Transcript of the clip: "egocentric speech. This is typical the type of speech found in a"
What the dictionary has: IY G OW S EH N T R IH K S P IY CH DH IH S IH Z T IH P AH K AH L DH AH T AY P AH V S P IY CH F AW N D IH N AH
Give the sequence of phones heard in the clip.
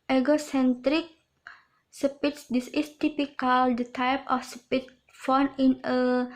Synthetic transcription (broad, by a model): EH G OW S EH N T R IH K S P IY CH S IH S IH S T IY P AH K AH L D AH T AY P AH F S P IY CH F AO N IH N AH